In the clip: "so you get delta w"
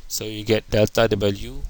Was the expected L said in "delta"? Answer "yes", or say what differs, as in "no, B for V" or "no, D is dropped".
no, L is dropped